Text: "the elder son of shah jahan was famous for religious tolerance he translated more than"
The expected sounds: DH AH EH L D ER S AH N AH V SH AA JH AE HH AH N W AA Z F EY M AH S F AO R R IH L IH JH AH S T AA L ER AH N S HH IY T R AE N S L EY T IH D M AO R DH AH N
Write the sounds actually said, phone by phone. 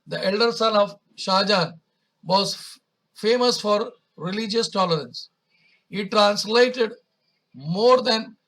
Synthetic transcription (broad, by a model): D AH EH L D ER S AH N AH V SH AA JH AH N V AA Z F EY M AH S F AO R R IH L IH JH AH S T AA L ER AH N S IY T R AE N S L EY T IH D M AO R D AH N